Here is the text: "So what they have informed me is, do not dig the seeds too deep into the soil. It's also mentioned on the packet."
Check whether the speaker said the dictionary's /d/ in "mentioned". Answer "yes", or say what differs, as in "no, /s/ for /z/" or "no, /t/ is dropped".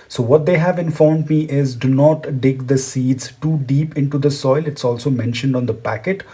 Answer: yes